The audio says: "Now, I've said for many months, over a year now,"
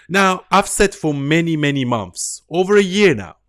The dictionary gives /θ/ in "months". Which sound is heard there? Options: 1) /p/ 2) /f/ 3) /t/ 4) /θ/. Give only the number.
4